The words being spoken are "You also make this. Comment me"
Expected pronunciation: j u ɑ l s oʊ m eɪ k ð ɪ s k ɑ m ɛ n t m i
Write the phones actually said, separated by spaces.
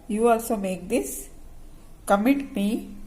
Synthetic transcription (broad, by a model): j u ɑ l s oʊ m eɪ k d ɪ s k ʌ m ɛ t m i